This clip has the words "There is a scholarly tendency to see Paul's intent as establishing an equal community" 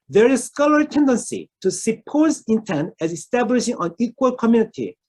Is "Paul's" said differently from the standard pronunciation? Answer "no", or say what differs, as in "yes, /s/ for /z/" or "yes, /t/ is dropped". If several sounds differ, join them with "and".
yes, /l/ is dropped